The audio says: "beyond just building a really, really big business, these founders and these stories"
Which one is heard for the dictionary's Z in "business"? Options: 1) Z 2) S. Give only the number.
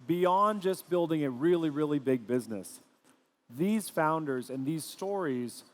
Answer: 1